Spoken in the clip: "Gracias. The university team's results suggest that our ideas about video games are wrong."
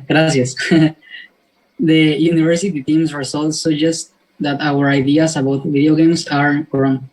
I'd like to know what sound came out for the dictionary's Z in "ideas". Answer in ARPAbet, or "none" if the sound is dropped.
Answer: S